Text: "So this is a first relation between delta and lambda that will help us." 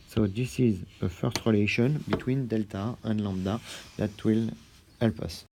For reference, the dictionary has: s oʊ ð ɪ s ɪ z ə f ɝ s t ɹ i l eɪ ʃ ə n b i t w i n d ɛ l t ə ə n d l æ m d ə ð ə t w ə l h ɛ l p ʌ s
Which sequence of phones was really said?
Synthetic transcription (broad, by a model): s oʊ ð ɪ s ɪ z ə f ɝ s t ɹ i l eɪ ʃ ə n b i t w i n d ɛ l t ə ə n l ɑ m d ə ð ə t w ə l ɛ l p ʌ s